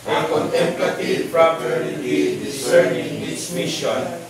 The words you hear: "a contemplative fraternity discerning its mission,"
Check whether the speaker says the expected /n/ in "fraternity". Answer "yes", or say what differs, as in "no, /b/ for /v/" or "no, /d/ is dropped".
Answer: no, /l/ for /n/